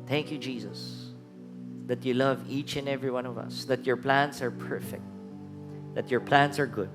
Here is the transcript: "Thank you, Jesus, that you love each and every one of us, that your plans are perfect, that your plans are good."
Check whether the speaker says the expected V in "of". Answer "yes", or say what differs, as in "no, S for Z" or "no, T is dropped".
yes